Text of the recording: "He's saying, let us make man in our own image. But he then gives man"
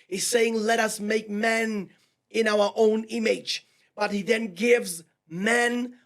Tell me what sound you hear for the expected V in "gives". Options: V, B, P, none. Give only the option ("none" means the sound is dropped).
V